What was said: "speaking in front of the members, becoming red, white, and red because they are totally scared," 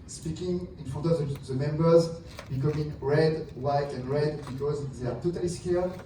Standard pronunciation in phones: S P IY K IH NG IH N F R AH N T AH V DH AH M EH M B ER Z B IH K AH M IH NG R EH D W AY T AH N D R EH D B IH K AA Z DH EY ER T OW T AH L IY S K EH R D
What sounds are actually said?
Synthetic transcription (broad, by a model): S P IY K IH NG IH N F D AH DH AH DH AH M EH M B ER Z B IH K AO M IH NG R EH D W AY T AH N D R EH D B IH K AA Z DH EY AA T OW T AH L IY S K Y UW